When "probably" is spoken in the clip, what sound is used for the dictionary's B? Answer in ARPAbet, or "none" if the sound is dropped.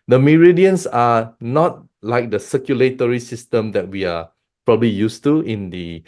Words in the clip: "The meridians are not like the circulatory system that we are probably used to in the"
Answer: B